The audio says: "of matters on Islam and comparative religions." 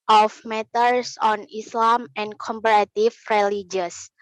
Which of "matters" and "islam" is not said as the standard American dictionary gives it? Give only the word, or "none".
matters